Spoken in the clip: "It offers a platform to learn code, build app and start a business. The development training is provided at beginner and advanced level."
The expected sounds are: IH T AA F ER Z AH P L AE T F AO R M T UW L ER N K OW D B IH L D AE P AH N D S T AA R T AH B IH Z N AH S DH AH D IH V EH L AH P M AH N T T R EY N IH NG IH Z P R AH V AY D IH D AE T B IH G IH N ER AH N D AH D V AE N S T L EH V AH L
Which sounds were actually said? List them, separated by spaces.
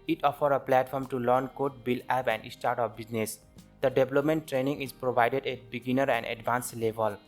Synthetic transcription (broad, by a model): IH T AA F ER AH P L AE T F AO R M T UW L ER N K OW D B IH L AE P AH N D S T AA R T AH B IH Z N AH S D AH D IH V L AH P M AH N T T R EY N IH NG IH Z P R AH V AY D IH D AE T B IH G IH N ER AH N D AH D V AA N S L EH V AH L